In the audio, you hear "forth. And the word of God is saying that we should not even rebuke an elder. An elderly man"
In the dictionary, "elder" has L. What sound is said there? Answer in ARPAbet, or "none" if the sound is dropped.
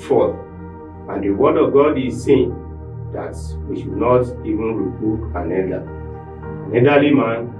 none